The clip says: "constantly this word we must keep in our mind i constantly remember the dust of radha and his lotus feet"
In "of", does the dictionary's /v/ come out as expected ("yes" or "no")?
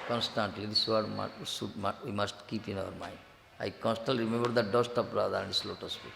no